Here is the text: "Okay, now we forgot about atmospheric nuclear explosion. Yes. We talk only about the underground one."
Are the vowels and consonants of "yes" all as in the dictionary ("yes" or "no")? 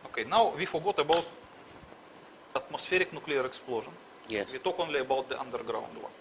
no